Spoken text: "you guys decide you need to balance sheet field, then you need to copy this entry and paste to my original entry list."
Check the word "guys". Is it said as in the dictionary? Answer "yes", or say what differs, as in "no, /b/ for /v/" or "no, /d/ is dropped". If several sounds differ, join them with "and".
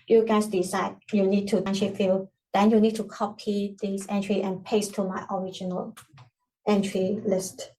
no, /s/ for /z/